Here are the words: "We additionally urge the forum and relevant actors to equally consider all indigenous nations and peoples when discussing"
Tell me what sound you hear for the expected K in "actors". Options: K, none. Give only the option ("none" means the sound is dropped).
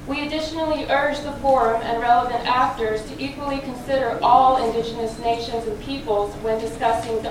K